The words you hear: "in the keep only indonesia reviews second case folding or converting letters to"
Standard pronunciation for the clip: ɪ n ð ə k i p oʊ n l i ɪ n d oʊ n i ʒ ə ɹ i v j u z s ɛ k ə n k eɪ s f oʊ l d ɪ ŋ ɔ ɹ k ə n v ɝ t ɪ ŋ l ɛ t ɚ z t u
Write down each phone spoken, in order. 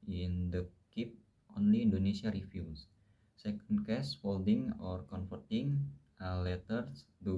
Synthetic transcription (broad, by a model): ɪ n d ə k i p oʊ n l i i n d oʊ n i s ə ɹ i f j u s s ɛ k ə n k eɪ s f oʊ l d ɪ ŋ ɔ ɹ k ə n f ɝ t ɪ ŋ l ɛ t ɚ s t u